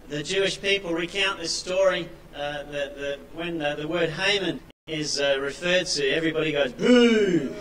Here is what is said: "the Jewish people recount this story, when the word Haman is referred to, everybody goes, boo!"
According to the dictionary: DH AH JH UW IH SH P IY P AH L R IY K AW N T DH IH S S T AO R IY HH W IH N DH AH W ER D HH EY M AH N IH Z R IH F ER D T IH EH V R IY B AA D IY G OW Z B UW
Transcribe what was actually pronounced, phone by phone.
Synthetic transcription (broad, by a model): DH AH JH UW IH SH P IY P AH L R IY K AW N DH IH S S T AO R IY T W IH N DH AH W ER D HH EY M AH N IH Z R IH F ER D T IH EH V R IY B AA D IY G OW Z B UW